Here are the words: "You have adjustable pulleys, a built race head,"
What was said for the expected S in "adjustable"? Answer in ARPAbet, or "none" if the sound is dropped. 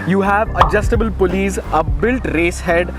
S